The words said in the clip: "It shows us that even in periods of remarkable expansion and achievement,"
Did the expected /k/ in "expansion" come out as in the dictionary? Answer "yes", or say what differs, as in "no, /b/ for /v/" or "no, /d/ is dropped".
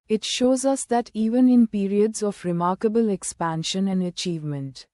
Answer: yes